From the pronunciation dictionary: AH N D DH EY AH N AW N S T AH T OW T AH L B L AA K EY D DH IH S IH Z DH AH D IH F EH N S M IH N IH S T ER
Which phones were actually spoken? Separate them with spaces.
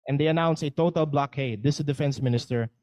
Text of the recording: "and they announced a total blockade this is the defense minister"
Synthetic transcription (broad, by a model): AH N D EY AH N AW N S AH T OW T AH L B L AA K EY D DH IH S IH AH D IH F EH N S M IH N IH S T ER